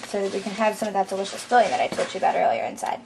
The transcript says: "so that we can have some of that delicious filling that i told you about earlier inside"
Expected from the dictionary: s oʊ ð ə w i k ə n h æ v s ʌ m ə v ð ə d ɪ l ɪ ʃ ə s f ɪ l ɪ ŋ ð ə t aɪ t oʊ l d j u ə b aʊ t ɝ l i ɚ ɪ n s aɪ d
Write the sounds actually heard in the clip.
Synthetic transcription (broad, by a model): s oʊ ð ə w i k ə n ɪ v s ʌ m ə v ð ə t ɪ w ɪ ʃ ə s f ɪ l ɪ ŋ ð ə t aɪ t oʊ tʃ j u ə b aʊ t ɝ l i ɚ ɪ n s aɪ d